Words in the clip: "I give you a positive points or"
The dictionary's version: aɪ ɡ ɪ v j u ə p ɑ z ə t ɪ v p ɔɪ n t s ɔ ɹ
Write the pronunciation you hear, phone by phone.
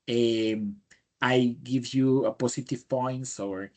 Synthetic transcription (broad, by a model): aɪ ɡ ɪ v j u ə p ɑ s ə t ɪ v p ɔɪ n t s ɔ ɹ